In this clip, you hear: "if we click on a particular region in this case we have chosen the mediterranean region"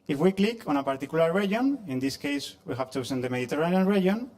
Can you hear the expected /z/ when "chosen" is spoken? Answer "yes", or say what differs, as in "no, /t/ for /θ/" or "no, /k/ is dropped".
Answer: no, /s/ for /z/